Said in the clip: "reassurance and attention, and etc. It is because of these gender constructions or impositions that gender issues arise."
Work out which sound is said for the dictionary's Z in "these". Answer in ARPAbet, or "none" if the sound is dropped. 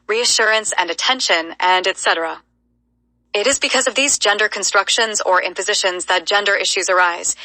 Z